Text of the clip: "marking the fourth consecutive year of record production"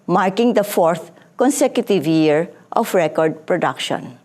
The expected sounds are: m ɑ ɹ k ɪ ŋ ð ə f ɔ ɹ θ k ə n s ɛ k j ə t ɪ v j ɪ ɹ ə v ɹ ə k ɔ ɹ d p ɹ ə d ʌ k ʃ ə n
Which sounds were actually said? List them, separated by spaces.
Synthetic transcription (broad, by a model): m ɑ ɹ k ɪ ŋ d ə f ɔ ɹ t k ə n s ɛ k j ə t ɪ v j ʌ ɹ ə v ɹ ə k ɔ ɹ d p ɹ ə d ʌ k ʃ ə n